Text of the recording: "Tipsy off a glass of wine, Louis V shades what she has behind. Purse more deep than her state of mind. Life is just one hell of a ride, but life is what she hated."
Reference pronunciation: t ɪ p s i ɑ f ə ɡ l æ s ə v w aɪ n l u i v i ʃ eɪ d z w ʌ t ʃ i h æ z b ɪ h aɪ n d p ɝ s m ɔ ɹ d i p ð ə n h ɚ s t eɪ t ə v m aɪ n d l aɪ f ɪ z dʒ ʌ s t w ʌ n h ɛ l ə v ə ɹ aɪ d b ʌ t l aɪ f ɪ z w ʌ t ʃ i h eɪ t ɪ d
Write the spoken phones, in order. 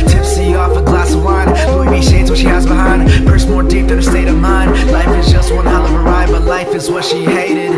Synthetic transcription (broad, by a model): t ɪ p s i ɑ f ə ɡ l æ s ə v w aɪ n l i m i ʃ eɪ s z w ʌ t ʃ i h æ z b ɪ h aɪ n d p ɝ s m ɔ ɹ d i p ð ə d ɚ s t eɪ t ə v m aɪ n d l aɪ f ɪ z dʒ ʌ s t w ʌ n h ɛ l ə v ə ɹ aɪ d b ʌ t l aɪ f ɪ z w ʌ t ʃ i h eɪ t ɪ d